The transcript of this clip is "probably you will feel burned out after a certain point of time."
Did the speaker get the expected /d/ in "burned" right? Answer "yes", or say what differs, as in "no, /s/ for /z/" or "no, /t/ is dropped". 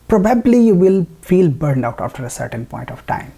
yes